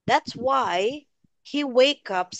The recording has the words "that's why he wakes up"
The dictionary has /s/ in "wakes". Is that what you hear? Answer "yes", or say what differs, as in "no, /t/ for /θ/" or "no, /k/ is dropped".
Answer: no, /s/ is dropped